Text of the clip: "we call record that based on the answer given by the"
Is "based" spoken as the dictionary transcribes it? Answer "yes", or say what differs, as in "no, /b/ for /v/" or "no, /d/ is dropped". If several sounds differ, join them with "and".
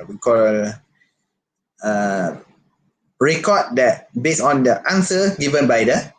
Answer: no, /t/ is dropped